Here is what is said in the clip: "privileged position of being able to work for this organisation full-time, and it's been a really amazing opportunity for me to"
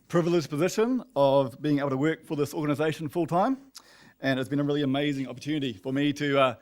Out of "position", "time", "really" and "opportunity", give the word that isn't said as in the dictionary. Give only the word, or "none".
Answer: none